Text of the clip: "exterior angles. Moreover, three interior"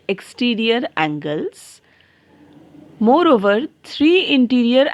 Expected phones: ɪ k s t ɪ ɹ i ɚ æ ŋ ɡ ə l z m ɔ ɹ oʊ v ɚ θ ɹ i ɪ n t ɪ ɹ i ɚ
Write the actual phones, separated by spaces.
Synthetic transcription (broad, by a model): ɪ k s t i ɹ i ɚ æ ŋ ɡ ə l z m ɔ ɹ oʊ v ɚ t ɹ i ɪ n t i ɹ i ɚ